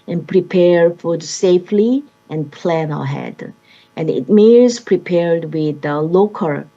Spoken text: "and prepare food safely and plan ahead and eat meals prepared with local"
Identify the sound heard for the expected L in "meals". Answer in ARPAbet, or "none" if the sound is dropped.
none